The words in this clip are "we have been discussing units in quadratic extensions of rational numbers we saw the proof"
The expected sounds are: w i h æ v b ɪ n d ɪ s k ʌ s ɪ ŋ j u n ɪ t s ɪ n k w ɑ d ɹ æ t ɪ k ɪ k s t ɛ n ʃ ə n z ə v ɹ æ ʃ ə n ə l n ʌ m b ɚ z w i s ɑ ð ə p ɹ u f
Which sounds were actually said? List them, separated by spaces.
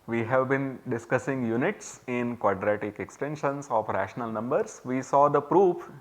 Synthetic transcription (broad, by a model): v i h æ v b ɪ n d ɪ s k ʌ s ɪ ŋ j u n ɪ t s ɪ n k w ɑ d ɹ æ t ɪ k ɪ k s t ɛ n ʃ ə n s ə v ɹ æ ʃ ə n ə l n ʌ m b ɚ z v i s ɑ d ə p ɹ u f